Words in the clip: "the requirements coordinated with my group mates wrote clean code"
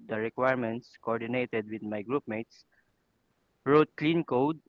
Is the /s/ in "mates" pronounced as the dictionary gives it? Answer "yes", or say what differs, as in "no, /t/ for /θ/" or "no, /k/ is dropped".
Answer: yes